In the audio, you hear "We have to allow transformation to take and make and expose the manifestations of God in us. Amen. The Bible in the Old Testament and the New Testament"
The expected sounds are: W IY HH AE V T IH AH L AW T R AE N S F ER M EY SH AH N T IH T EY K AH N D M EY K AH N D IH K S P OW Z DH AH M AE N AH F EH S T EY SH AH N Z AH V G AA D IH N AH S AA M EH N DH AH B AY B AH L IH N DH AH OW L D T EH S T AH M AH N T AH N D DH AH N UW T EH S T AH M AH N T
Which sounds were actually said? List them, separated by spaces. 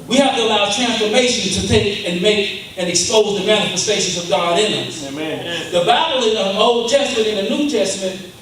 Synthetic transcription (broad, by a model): W IY HH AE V T IH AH L AW T R AE N S F ER M EY SH AH N T IH T EY K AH N M EY K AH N IH K S P OW Z DH AH M AE N AH F EH S T EY SH AH N Z AH V G AA D IH N AH S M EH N DH AH B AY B L IH N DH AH OW L D T EH S T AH M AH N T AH N DH AH N UW T EH S T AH M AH N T